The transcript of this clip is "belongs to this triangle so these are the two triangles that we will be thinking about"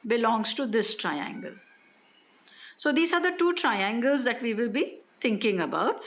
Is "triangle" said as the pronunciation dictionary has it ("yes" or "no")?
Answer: yes